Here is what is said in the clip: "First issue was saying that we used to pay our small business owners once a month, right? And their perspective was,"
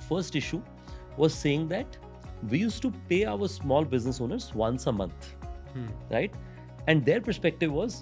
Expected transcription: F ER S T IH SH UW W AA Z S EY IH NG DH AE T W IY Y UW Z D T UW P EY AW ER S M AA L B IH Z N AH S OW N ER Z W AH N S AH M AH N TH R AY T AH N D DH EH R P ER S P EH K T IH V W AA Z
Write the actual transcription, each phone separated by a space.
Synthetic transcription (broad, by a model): F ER S T IH SH UW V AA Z S EY IH NG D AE T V IY Y UW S T UW P EY AW ER S M AA L B IH Z N AH S OW N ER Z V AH N S AH M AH N T R AY T AH N D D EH R P ER S P EH K T IH V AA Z